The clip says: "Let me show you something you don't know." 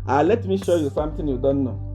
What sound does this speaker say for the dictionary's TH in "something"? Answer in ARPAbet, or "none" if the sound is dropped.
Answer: T